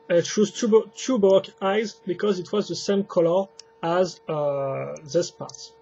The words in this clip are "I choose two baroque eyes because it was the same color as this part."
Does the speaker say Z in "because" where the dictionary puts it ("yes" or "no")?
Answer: yes